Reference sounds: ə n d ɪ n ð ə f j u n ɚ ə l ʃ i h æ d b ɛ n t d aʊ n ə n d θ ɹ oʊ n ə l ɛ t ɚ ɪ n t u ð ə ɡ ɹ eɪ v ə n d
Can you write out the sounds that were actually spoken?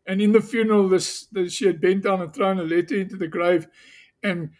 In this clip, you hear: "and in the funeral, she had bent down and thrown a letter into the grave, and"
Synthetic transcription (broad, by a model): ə n ɪ n ð ə f j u n ɚ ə l ʃ i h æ d b ɛ n t d aʊ n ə n θ ɹ oʊ n ə l ɛ t ɚ ɪ n t u ð ə ɡ ɹ eɪ v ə n